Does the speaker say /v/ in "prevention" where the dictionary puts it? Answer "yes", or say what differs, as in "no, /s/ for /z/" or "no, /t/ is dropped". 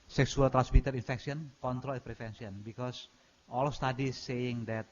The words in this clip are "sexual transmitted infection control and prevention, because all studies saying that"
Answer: no, /f/ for /v/